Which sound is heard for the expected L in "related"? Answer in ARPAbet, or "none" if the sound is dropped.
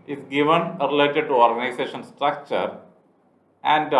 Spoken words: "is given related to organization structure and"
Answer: L